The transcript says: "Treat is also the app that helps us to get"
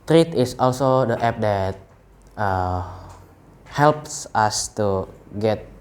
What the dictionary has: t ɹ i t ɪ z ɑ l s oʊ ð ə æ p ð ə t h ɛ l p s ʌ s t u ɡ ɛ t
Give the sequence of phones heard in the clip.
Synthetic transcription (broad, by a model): t ɹ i t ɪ s ɑ l s oʊ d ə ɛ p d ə t h ɛ l p s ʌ s t u ɡ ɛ t